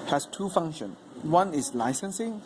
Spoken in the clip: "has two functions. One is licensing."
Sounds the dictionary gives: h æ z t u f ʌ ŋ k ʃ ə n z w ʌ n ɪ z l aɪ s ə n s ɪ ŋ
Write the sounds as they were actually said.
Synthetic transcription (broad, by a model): h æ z t u f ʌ ŋ ʃ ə n s w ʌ n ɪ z l aɪ s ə n s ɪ ŋ